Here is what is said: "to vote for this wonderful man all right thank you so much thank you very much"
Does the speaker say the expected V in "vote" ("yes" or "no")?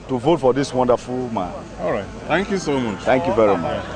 yes